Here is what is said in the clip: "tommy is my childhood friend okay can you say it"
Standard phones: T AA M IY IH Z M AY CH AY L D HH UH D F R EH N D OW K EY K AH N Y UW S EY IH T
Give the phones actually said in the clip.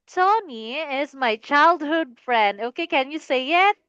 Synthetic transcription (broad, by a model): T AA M IY IH Z M AY CH AY L D HH UH D F R EH N D OW K EY K AH N Y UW S EY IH T